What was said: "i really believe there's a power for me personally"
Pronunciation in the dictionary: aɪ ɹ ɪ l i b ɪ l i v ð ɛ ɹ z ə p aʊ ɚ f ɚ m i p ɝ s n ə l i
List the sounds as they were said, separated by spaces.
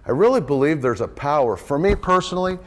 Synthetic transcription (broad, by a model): aɪ ɹ ɪ l i b ɪ l i v ð ɛ ɹ z ə p aʊ ɚ f ɚ m i p ɝ s n l i